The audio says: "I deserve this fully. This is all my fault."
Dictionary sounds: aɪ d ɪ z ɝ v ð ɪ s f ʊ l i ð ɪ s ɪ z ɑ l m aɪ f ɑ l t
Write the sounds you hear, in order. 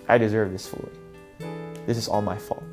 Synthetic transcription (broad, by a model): aɪ d ɪ z ɝ v ð ɪ s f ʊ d ð ɪ s ɪ z ɑ l m aɪ f ɑ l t